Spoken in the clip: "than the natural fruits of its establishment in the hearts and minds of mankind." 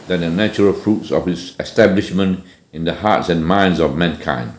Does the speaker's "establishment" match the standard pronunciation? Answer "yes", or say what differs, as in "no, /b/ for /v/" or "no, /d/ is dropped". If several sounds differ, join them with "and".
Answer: yes